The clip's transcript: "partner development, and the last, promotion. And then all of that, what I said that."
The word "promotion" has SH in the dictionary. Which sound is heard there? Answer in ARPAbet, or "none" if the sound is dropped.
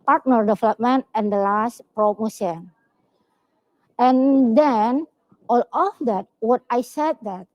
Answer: S